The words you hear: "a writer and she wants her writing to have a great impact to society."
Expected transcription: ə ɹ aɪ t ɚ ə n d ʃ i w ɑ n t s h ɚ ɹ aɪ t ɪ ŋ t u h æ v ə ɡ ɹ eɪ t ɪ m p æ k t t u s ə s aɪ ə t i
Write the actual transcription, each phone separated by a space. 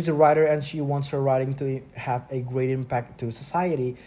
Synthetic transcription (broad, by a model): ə ɹ aɪ t ɚ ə n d ʃ i w ɑ n t s h ɚ ɹ aɪ t ɪ ŋ t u h æ v ə ɡ ɹ eɪ t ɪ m p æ k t t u s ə s aɪ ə t i